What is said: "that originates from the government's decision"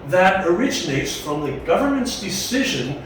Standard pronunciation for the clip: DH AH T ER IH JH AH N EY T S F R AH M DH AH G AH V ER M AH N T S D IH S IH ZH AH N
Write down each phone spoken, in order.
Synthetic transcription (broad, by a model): DH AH T ER IH JH AH N EY T S F R AH M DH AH G AH V ER M AH N T S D IH S IH ZH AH N